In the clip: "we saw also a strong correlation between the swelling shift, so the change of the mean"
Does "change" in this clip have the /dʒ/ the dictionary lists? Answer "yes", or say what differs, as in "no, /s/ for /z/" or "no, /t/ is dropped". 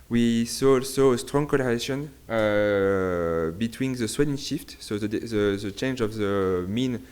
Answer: yes